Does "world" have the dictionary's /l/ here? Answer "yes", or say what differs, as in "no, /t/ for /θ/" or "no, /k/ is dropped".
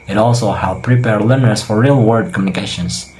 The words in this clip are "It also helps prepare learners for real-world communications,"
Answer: no, /l/ is dropped